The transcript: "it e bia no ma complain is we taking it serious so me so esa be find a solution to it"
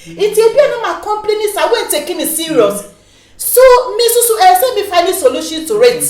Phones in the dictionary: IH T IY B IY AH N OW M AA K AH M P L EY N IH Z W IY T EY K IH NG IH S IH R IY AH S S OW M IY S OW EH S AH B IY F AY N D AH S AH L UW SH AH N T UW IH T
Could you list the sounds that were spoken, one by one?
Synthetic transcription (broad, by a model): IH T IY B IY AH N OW M AA K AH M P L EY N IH S W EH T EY K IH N IH S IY R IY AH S S OW M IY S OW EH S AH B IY F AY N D AH S AH L UW SH AH N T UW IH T